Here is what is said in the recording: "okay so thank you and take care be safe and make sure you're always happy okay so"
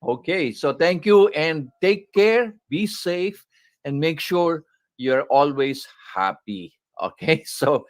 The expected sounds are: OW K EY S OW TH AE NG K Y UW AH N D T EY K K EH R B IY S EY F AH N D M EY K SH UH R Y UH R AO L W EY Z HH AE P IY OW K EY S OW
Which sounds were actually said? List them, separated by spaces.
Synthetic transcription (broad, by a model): OW K EY S OW T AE NG K Y UW AH N D T EY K K EH R B IY S EY F AH N D M EY K SH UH R Y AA R AO L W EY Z HH AE P IY OW K EY S OW